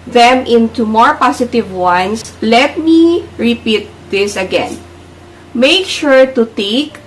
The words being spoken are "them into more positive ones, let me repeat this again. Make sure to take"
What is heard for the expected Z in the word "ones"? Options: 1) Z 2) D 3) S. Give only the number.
3